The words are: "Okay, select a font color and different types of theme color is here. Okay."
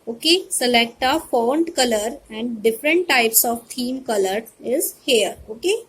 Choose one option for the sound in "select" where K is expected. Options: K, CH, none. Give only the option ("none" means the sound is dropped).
K